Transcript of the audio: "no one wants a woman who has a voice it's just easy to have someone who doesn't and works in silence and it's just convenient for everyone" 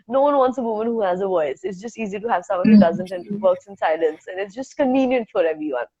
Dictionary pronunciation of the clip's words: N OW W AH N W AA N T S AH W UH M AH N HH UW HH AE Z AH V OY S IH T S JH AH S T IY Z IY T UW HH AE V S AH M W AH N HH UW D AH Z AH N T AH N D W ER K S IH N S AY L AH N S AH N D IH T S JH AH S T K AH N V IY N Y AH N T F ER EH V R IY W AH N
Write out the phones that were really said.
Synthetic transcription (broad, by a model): N OW W AH N W AA N T S AH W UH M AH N HH UW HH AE Z AH V OY S IH T S JH AH S T IY Z IY T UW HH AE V S AH M W AH N HH UW D AH Z AH N T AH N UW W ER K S IH N S AY L AH N S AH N IH T S JH AH S T K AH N V IY N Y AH N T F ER EH V R IY W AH N